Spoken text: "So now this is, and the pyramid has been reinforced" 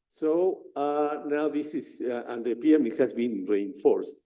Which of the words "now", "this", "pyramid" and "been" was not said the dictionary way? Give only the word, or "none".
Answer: pyramid